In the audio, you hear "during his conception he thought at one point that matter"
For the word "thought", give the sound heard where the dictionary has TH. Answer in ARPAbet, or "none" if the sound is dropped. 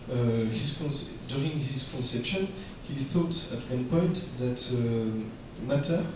TH